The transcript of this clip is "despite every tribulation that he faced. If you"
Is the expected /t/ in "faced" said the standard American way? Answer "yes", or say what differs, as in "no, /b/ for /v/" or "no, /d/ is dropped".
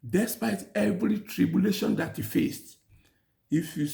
yes